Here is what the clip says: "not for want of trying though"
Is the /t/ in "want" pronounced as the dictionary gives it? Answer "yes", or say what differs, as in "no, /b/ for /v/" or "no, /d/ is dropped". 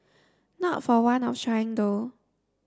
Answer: no, /t/ is dropped